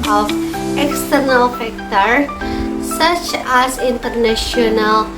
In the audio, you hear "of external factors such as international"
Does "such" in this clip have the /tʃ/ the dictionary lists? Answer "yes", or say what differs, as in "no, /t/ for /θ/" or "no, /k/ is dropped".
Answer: yes